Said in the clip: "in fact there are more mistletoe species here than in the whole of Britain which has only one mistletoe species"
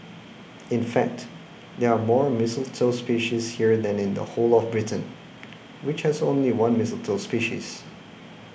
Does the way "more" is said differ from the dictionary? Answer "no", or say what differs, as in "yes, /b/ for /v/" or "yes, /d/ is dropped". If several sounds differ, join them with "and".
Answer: no